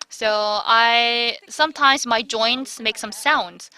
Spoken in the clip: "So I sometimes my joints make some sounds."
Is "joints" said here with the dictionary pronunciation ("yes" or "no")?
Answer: yes